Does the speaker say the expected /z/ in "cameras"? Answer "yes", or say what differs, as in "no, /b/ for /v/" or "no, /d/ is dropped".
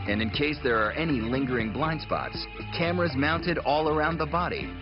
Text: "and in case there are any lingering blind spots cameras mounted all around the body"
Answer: yes